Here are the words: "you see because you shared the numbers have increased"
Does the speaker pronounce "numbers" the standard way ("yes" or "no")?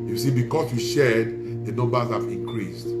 no